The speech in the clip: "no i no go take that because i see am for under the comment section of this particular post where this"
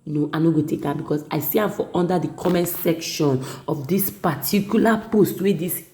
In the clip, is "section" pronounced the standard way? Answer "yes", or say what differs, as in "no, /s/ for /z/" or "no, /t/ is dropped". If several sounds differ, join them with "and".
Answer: yes